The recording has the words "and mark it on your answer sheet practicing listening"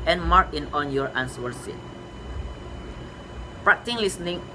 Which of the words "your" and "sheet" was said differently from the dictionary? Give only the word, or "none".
sheet